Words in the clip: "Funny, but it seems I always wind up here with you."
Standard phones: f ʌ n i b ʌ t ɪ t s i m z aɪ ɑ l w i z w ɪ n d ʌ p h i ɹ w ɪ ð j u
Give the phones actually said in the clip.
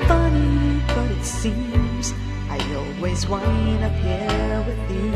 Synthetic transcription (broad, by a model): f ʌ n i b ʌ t ɪ t s i m z aɪ ɑ l w i z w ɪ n ʌ p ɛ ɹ w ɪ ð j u